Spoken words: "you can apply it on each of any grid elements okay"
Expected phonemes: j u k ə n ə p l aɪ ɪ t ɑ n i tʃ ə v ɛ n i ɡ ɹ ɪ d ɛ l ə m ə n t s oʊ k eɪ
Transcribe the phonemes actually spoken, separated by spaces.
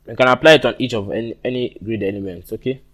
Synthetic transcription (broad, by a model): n k ə n ə p l aɪ ɪ t ɑ n i tʃ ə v ɛ n i ɡ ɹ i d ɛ n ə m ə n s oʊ k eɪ